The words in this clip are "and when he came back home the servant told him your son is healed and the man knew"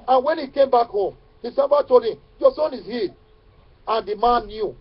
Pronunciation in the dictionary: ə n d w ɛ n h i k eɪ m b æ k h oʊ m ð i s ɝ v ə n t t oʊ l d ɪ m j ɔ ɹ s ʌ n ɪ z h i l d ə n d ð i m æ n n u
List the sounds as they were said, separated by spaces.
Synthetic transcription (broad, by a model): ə n w ɛ n h i k eɪ m b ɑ k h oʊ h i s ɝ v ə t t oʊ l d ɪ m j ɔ s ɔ n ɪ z h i d ə n d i m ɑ n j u